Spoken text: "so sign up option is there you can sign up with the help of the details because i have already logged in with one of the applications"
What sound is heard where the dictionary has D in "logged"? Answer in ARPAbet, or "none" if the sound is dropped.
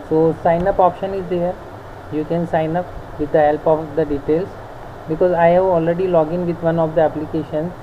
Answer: none